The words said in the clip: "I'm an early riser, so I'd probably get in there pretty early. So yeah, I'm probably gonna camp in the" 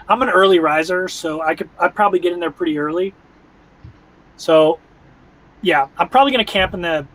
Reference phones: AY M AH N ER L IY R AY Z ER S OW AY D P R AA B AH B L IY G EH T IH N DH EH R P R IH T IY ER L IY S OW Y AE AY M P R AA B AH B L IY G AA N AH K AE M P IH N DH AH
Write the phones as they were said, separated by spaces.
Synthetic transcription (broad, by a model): AY M AH N ER L IY R AY Z ER S OW AY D P R AA B AH B L IY G EH T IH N DH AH R P R IH T IY ER L IY S OW Y AE AY M P R AA B AH B L IY G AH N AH K AE M P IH N DH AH